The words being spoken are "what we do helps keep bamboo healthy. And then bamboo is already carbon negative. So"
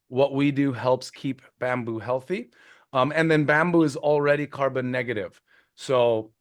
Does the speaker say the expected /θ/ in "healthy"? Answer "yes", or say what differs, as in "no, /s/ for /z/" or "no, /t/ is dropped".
yes